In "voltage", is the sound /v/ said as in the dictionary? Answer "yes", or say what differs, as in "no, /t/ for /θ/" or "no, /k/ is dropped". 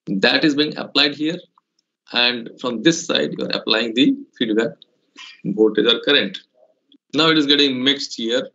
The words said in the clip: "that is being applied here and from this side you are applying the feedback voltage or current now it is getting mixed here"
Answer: no, /b/ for /v/